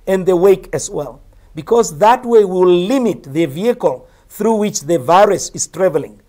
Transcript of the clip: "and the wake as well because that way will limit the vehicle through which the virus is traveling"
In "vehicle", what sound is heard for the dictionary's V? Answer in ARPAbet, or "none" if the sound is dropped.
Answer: V